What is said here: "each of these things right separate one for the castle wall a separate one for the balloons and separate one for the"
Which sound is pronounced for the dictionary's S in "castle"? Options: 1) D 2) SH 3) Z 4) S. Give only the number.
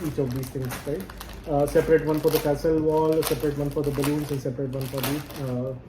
4